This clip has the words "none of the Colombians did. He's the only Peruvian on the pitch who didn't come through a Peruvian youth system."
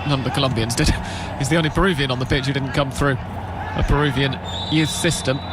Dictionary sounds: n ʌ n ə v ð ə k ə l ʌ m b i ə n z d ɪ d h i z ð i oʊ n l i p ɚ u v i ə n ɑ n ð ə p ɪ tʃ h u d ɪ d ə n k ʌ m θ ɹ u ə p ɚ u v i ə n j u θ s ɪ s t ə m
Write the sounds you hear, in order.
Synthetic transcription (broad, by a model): n ʌ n ə v ð ə k ə l ʌ m b i ə n z d ɪ d h i z ð i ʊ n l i p ɚ u v i ə n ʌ n ð ə p ɪ tʃ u d ɪ d n k ʌ m θ ɹ u ə p ɚ u v i ə n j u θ s ɪ s t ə m